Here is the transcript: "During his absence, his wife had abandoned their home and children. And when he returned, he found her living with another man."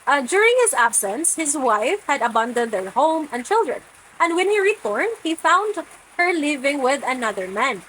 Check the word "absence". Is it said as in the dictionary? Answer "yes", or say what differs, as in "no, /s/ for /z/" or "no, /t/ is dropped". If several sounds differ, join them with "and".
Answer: yes